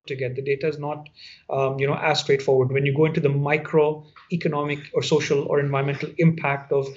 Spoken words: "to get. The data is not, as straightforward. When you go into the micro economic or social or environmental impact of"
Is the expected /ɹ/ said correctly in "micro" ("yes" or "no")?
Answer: yes